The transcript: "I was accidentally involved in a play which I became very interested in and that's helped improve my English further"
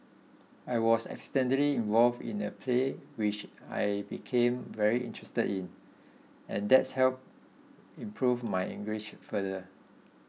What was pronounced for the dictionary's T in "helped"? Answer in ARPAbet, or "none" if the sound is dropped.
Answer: none